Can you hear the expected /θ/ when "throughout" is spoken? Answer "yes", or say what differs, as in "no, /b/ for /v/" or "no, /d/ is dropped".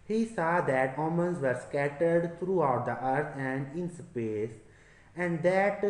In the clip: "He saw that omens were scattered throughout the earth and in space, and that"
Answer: no, /t/ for /θ/